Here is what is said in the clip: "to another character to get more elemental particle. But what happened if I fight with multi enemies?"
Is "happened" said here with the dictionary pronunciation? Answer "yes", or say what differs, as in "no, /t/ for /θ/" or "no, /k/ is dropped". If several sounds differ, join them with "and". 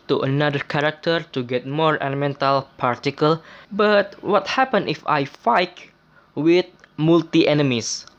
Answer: no, /d/ is dropped